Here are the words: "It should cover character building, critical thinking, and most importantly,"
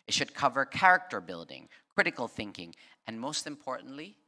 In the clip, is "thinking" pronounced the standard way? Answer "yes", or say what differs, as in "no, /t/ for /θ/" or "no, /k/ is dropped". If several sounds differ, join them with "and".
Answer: yes